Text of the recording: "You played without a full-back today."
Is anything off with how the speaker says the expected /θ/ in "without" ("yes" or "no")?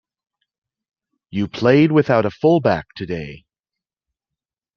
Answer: no